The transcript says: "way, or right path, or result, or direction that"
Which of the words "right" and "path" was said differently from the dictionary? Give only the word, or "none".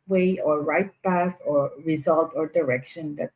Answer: path